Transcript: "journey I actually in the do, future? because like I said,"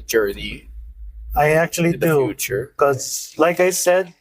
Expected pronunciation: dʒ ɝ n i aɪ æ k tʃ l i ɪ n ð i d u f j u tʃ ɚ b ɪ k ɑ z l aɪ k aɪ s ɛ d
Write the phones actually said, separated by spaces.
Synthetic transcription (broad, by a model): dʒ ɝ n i aɪ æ k tʃ i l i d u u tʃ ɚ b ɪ k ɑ z l aɪ k aɪ s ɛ d